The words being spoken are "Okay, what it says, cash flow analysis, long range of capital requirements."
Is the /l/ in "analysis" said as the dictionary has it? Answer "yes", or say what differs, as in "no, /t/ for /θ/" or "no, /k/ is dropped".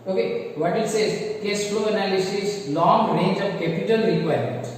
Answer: yes